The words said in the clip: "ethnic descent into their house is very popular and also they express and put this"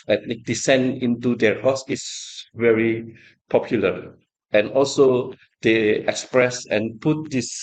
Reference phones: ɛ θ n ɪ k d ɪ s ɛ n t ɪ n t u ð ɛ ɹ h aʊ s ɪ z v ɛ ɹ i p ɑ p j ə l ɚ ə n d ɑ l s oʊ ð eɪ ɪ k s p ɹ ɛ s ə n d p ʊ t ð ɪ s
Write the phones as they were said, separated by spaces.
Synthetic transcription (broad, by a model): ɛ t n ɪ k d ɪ s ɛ n ɪ n t u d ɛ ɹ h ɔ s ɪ s v ɛ ɹ i p ɑ p j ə l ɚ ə n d ɑ l s oʊ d eɪ ɪ k s p ɹ ɛ s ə n p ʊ t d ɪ s